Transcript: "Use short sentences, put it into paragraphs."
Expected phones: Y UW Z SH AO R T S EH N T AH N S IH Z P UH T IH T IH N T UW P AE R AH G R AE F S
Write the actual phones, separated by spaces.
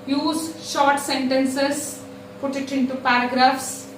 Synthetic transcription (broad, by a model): Y UW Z SH AO R T S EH N T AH N S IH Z P UH T IH T IH N T UW P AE R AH G R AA F S